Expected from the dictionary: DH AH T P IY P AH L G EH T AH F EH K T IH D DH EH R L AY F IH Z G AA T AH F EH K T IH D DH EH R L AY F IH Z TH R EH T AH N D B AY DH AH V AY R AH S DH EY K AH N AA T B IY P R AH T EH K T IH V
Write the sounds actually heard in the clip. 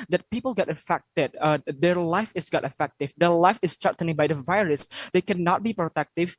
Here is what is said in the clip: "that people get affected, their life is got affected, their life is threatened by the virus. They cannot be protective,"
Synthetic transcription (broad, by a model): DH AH T P IY P AH L G EH T AH F EH K T IH D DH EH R L AY F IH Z G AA T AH F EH K T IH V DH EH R L AY F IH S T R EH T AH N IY B AY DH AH V AY R AH S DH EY K AH N AA T B IY P R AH T EH K T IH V